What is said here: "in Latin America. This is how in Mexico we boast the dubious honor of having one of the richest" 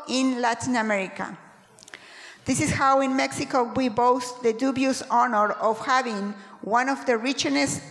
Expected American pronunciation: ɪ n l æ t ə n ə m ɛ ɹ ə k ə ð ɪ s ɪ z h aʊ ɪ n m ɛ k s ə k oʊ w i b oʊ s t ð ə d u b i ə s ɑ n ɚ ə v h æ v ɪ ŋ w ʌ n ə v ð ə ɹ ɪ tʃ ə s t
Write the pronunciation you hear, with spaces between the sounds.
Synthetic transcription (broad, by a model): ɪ n l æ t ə n ə m ɛ ɹ ə k ə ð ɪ s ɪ s h aʊ ɪ n m ɛ k s ə k oʊ w i b oʊ s t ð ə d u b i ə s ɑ n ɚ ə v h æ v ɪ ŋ w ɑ n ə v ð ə ɹ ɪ tʃ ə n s